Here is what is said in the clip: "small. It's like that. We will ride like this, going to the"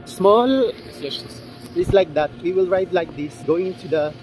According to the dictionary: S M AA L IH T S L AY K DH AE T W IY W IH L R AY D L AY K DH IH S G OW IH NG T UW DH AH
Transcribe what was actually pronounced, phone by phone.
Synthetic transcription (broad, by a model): S M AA L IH S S L AY K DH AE T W IY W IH L R AY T L AY K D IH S G OW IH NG T UW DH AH